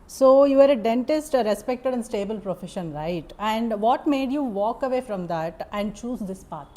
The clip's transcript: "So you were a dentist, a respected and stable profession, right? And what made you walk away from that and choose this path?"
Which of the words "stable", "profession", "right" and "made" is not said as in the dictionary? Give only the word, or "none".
none